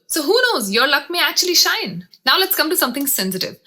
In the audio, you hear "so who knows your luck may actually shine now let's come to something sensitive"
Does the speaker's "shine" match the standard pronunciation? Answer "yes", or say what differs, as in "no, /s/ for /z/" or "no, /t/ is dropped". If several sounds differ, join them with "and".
yes